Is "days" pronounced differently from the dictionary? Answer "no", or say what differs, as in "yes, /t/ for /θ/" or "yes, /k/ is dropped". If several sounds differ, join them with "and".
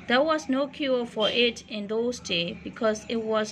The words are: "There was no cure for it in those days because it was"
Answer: yes, /z/ is dropped